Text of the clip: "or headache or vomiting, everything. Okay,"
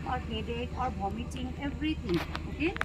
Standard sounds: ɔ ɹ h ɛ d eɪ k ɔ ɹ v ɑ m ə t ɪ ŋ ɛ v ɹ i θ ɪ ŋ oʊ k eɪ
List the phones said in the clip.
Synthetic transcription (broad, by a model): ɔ ɹ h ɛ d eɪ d ɔ ɹ b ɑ m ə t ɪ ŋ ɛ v ɹ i t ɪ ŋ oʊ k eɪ